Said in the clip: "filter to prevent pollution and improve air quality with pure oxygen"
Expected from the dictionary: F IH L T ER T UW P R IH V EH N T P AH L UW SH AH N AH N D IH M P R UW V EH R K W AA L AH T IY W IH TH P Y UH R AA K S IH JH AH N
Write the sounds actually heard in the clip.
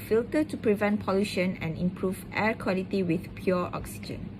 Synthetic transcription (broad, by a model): F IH L T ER T UW P R IH V EH N T P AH L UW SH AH N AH N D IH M P R UW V EH R K W AA L AH T IY W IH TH P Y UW AA K S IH JH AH N